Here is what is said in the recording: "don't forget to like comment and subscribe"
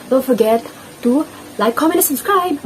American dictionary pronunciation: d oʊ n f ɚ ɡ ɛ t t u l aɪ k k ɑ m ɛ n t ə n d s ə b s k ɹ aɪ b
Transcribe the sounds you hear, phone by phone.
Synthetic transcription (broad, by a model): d oʊ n f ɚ ɡ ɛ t t u l aɪ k k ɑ m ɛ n ə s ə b s k ɹ aɪ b